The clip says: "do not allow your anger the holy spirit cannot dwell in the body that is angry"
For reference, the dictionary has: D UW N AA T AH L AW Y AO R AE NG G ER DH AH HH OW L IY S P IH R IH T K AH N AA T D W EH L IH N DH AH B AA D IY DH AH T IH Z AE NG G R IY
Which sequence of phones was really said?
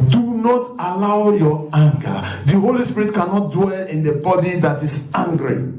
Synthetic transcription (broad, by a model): D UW N AA T AH L AW Y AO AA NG G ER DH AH HH OW L IY S P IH R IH T K AH N AA T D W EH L IH N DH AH B AA D IY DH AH T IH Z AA NG G R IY